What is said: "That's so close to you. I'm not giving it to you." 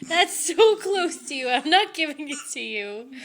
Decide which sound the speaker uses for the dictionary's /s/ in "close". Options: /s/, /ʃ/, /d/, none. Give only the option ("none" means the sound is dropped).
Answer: /s/